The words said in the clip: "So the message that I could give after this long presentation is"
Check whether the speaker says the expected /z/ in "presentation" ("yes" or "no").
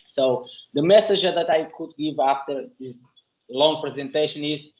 yes